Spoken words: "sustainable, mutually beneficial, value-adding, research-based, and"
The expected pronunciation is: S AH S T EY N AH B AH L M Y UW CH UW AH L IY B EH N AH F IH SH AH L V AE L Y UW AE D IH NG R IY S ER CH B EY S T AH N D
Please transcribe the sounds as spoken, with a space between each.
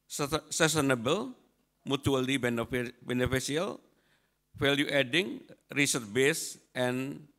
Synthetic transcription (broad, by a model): S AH S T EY N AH B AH L M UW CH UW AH L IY B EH N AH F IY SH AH L F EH L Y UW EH D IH NG R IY S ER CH B EY S T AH N